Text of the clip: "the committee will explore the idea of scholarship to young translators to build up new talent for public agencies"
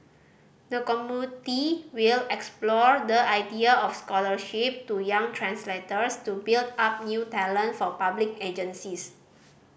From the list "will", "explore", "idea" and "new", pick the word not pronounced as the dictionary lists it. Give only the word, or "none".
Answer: none